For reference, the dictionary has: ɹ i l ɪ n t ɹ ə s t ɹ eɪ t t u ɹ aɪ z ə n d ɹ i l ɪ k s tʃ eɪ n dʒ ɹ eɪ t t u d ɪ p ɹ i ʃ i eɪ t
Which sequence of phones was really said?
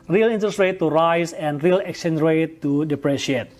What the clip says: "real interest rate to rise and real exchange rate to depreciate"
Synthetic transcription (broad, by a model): ɹ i l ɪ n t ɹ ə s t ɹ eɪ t t u ɹ aɪ s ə n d ɹ i l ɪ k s eɪ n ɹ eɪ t t u d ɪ p ɹ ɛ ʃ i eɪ t